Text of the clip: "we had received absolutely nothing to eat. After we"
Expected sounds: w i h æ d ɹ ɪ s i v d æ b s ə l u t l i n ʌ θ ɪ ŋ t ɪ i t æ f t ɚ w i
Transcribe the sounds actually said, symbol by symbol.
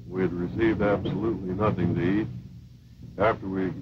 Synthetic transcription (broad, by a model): w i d ɹ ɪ s i v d æ b s ə l u t l i n ʌ θ ɪ ŋ t ɪ i t æ f t ɚ w i